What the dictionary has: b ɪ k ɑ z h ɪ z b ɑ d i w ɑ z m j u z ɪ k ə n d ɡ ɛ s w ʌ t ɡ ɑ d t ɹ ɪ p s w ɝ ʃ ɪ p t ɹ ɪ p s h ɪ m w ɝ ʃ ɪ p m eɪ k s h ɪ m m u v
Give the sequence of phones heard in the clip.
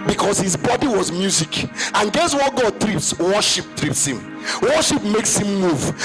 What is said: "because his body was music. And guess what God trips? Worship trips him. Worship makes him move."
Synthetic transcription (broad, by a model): b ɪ k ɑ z h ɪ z b ɑ d i w ɑ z m j u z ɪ k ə n ɡ ɛ s w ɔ t ɡ ɑ d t ɹ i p s w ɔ ʃ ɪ p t ɹ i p s h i m w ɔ ʃ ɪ p m eɪ k s h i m m u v